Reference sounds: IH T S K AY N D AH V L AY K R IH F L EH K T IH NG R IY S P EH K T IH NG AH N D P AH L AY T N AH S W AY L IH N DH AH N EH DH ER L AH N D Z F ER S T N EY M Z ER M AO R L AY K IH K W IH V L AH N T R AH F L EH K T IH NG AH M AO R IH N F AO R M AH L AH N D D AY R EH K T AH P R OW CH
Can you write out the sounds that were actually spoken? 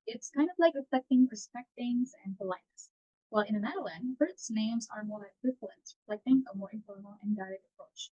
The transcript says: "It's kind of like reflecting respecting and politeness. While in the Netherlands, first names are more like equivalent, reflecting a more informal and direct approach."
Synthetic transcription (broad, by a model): IH T S K AY N D AH V L AY K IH F EH K T IH NG R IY S P EH K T IH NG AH N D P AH L AY T N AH S W AY L IH N DH AH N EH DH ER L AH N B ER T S N EY M Z ER M AO R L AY IH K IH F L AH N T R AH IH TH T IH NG AH M AO R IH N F AO R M L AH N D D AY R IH T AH P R OW CH